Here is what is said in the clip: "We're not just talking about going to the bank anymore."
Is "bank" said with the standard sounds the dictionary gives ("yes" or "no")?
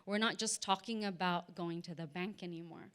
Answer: yes